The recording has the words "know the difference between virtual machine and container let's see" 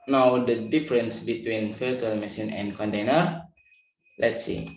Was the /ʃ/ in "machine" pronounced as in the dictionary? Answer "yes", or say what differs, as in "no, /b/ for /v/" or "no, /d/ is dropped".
no, /s/ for /ʃ/